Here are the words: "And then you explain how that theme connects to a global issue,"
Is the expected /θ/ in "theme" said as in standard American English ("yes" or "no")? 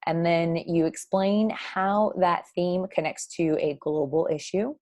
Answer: yes